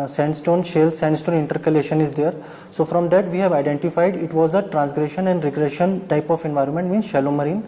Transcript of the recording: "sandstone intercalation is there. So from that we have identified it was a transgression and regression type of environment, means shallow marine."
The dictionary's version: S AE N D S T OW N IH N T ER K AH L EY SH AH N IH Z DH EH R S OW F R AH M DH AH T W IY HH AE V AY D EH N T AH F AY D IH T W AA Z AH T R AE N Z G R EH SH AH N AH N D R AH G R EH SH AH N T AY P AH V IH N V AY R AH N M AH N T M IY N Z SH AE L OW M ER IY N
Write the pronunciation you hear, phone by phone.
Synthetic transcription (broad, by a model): S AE N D S T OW N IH N T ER K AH L EY SH AH N IH Z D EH R S OW F R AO M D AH T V IY HH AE V AY D EH N T AH F AY D IH T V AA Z AH T R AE N S G R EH SH AH N AH N D R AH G R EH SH AH N T AY P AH F IH N V AY R AH N M AH N T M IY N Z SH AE L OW M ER IY N